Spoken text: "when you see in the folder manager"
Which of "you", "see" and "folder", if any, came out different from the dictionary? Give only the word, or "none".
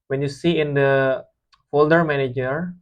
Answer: none